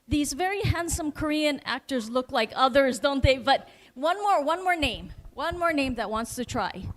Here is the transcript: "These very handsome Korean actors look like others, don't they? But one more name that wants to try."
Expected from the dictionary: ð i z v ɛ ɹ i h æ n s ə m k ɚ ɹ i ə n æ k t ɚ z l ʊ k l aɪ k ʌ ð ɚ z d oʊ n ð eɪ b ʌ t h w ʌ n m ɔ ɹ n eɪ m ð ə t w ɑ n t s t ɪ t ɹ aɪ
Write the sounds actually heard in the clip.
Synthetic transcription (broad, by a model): ð i z v ɛ ɹ i h æ n s ə m k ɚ ɹ i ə n æ k t ɚ z l ʊ k l aɪ k ʌ ð ɚ z d oʊ n ð eɪ b ʌ t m w ʌ n m ɔ ɹ n eɪ m ð ə t w ɑ n t s t ɪ t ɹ aɪ